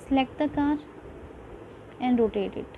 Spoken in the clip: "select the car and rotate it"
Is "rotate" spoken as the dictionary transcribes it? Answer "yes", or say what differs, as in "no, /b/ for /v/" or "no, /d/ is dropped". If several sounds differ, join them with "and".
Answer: yes